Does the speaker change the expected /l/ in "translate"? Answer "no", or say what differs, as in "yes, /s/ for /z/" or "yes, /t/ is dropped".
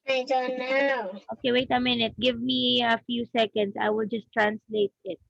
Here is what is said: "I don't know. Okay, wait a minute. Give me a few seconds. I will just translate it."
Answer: no